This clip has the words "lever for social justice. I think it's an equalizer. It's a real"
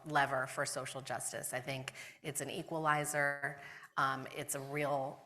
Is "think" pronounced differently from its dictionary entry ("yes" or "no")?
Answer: no